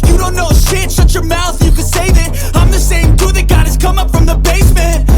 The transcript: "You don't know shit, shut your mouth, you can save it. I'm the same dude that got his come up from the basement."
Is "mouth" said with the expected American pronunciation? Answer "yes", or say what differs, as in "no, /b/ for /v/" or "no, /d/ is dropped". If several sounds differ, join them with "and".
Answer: yes